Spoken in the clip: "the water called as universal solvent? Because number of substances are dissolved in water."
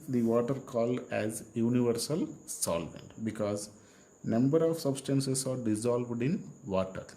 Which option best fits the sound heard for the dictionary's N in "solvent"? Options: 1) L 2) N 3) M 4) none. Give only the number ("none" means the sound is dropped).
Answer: 2